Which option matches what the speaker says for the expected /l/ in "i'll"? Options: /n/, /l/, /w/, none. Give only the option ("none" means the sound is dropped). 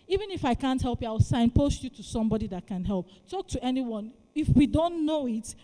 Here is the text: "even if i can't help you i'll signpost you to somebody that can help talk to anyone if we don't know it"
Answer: /w/